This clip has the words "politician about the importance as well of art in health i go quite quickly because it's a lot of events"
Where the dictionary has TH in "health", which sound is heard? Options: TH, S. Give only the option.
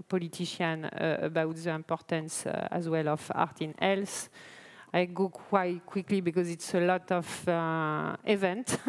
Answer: S